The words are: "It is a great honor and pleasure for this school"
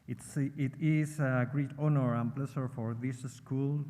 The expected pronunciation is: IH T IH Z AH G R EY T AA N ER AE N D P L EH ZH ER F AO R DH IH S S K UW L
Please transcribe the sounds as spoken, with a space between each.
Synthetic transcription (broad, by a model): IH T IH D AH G R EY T AA N ER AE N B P L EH S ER F AO R DH IH S S K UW L